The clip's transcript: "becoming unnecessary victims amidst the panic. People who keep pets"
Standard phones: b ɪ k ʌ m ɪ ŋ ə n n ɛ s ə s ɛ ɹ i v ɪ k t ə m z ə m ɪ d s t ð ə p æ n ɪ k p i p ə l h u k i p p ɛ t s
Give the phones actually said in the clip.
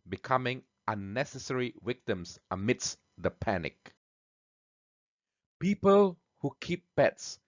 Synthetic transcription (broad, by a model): b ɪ k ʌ m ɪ ŋ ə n n ɛ s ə s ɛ ɹ i w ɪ k t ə m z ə m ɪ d s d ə p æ n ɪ k p i p ə l h u k i p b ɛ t s